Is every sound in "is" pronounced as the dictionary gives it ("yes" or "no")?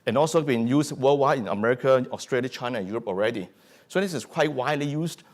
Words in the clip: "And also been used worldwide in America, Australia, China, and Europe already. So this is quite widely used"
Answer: no